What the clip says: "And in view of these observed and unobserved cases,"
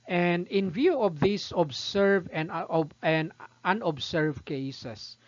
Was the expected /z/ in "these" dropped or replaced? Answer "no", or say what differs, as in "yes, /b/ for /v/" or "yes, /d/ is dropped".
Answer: yes, /s/ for /z/